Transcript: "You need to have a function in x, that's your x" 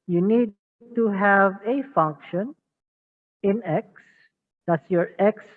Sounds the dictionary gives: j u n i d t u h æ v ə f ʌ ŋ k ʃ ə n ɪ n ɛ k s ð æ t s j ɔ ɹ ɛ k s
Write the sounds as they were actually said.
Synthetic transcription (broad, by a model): j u n i d t u h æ v ə f ʌ ŋ k ʃ ə n ɪ n ɛ k s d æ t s j ɔ ɹ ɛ k s